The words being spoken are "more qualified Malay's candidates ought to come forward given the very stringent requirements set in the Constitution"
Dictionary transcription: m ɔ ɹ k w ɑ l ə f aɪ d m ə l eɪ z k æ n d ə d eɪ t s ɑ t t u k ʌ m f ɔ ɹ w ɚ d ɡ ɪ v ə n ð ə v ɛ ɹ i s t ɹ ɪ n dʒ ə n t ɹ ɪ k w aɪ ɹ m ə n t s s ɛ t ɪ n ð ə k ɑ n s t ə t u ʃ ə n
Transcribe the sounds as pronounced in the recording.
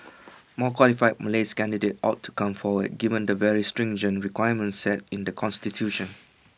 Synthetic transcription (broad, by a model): m ɔ k w ɑ l ə f aɪ d m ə l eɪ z k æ n d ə d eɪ t ɑ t t u k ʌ m f ɔ w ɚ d ɡ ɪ v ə n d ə v ɛ ɹ i s t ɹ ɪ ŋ dʒ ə n ɹ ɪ k w aɪ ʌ m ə n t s s ɛ t ɪ n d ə k ɑ n s t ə t u ʃ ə n